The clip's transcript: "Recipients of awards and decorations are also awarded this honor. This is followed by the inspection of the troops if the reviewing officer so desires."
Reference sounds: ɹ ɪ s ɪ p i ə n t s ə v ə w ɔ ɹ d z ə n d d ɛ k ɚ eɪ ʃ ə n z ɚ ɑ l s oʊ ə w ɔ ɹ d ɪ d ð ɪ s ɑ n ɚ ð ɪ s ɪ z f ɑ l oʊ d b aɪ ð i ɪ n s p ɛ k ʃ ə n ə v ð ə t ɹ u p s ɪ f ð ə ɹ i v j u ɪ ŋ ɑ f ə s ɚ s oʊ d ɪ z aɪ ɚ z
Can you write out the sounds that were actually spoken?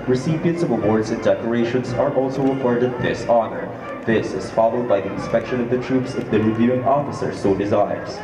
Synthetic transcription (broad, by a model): ɹ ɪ s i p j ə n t s ə v ə w ɔ ɹ d z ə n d d ɛ k ɚ eɪ ʃ ə n z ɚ ɑ l s oʊ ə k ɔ ɹ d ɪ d ð ɪ s ɑ n ɚ ð ɪ s ɪ z f ɑ l oʊ d b aɪ ð i ɪ n s p ɛ k ʃ ə n ə v ð ə t ɹ u p s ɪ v ð ə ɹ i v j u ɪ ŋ ɑ f ə s ɚ s oʊ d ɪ z aɪ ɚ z